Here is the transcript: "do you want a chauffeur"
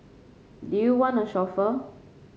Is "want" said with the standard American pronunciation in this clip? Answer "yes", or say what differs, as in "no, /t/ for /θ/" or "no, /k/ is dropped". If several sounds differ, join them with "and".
no, /t/ is dropped